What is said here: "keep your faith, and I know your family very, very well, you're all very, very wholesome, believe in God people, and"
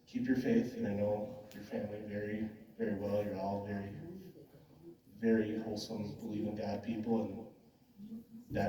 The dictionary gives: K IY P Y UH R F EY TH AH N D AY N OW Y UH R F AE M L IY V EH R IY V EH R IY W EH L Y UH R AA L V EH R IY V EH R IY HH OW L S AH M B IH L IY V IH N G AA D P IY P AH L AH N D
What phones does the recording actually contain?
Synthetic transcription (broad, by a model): K IY P Y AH R F EY TH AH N AY N OW Y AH R F AE M L IY V EH R IY V EH R IY W EH L Y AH R AA L V EH R IY V EH R IY HH OW L S AH M B IH L IY V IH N G AA D P IY P L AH N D